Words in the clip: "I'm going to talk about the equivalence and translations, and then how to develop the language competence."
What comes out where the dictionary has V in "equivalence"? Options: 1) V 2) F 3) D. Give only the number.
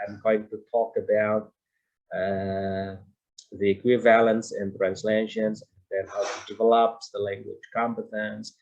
1